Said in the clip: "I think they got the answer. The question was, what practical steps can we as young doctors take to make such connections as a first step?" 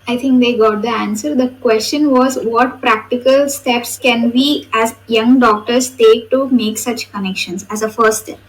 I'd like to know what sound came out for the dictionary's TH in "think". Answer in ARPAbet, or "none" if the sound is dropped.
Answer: T